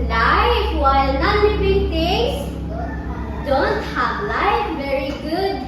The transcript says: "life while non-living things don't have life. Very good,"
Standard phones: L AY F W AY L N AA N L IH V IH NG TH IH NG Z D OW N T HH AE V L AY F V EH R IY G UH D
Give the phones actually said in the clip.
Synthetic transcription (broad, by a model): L AY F W AY L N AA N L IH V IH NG T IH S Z D OW N T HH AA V L AY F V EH R IY G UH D